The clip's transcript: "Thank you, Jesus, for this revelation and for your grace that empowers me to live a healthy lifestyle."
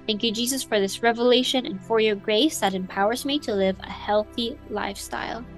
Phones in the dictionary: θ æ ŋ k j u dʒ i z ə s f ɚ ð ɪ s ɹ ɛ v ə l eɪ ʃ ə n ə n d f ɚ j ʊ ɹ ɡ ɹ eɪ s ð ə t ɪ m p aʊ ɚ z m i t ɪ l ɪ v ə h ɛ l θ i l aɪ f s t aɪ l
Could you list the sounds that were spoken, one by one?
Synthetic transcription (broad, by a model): θ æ ŋ k j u dʒ i z ə s f ɚ ð ɪ s ɹ ɛ v ə l eɪ ʃ ə n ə n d f ɚ j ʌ ɹ ɡ ɹ eɪ s ð ə t ɪ m p aʊ ɚ z m i t ɪ l ɪ v ə h ɛ l θ i l aɪ f s t aɪ l